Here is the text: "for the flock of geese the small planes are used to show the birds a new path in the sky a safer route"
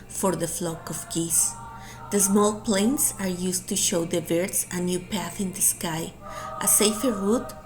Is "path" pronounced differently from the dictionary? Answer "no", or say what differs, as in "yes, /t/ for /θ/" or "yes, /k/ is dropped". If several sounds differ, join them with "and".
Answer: no